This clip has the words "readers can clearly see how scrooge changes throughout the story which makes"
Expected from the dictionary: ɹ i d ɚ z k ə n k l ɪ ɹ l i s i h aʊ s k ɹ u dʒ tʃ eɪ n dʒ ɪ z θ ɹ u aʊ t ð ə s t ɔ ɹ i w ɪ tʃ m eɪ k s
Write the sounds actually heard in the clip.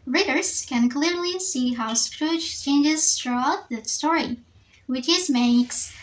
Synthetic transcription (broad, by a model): ɹ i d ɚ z k ə n k l ɪ ɹ l i s i h aʊ s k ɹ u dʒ tʃ eɪ n dʒ ɪ z t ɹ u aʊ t ð ə s t ɔ ɹ i w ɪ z m eɪ k s